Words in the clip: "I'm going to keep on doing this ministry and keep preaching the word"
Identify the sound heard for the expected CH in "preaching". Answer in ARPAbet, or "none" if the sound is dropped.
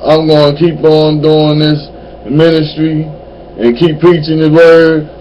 CH